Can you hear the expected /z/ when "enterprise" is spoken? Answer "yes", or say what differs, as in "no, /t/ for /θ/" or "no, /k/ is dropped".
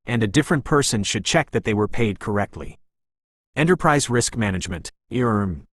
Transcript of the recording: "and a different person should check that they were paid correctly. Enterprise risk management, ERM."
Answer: yes